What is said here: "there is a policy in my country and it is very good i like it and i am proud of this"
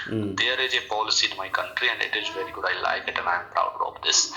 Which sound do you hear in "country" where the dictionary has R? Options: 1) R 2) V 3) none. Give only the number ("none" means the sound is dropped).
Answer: 1